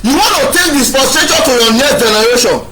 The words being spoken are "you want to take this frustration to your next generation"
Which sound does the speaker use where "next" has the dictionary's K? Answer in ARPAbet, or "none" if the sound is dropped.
none